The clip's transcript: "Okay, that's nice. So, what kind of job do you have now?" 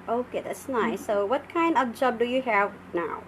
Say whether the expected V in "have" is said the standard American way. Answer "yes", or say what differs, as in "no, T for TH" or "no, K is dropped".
yes